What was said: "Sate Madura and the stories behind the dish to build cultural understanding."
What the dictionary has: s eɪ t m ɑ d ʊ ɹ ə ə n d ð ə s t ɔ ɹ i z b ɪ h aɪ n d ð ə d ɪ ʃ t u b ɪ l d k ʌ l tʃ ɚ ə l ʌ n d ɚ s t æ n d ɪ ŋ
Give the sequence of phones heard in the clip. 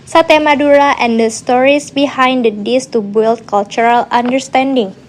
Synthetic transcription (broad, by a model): s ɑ t m ɑ d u ɹ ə ə n d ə s t ɔ ɹ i s b ɪ h aɪ n d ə d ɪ s t u b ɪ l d k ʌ l tʃ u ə l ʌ n d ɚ s t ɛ n d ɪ ŋ